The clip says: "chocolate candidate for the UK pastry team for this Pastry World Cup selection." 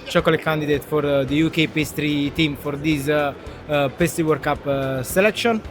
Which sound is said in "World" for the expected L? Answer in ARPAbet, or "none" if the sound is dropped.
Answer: none